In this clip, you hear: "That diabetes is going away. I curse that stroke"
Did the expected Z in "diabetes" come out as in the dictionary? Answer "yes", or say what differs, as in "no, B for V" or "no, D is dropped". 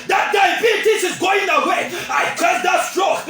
no, S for Z